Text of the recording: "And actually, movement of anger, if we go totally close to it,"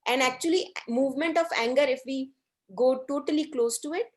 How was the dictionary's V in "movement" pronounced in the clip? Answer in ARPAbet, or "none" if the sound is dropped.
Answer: V